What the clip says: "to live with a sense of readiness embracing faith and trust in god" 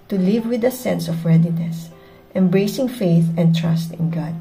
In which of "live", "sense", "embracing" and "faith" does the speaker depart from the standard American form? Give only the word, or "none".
none